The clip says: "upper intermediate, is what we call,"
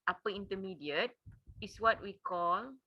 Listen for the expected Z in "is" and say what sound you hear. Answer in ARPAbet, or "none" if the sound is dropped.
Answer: S